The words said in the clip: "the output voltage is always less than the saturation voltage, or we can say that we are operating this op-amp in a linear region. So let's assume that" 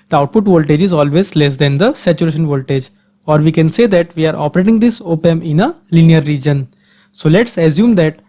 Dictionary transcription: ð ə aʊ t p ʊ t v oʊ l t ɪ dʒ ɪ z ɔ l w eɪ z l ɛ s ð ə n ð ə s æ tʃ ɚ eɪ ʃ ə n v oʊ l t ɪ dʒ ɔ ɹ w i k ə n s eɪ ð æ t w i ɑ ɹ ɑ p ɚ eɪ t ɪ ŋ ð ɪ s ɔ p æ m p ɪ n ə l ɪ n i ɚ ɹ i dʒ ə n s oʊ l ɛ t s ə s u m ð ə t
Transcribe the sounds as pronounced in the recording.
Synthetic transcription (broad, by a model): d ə aʊ t p ʊ t v oʊ l t ɪ dʒ ɪ z ɔ l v eɪ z l ɛ s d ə n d ə s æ tʃ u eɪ ʃ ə n v oʊ l t ɪ dʒ ɔ ɹ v i k ə n s eɪ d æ t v i ɑ ɹ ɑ p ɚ eɪ t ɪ ŋ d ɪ s ɔ p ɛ m ɪ n ə l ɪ n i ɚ ɹ i dʒ ə n s oʊ l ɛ t s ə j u m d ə t